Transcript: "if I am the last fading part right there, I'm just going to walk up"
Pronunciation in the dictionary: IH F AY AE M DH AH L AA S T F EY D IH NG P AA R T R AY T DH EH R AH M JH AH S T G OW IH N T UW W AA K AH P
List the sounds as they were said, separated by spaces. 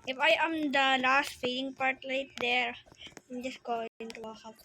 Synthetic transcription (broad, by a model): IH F AY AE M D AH L AA S T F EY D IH NG P AA R T L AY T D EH R AH M JH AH S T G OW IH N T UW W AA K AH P